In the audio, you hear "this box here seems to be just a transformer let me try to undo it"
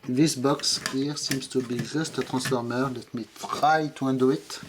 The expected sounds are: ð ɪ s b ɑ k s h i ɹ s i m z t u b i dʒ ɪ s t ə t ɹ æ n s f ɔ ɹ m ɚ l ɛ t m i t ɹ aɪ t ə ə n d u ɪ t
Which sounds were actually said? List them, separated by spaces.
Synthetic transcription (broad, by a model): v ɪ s b ɑ k s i ɹ s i m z t u b i ʒ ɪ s t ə t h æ s f ɔ ɹ m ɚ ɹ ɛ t m i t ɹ aɪ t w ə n d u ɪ t